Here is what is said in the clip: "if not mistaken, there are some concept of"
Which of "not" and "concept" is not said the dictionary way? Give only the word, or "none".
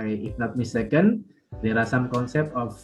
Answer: none